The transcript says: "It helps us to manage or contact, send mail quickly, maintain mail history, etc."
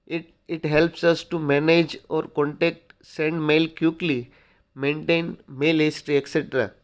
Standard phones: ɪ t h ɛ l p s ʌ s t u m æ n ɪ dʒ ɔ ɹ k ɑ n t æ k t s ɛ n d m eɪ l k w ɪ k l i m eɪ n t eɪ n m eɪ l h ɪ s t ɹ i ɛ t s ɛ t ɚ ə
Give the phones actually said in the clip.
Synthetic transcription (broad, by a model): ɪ t h ɛ l p s ʌ s t u m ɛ n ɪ dʒ ɔ ɹ k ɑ n t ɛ k t s ɛ n d m eɪ l k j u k l i m eɪ n t eɪ n m eɪ l h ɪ s t ɹ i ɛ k s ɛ t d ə